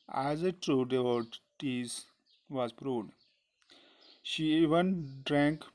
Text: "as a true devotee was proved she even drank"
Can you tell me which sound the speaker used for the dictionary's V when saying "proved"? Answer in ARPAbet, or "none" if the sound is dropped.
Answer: none